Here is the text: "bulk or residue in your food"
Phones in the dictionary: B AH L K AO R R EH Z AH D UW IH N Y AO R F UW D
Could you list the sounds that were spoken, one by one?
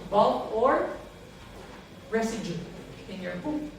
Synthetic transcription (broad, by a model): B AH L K AO R R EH S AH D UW IH N Y AO R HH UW